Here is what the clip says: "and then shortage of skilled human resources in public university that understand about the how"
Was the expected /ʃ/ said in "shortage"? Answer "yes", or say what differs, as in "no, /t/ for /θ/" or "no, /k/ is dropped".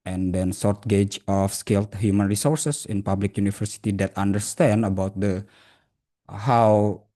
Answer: no, /s/ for /ʃ/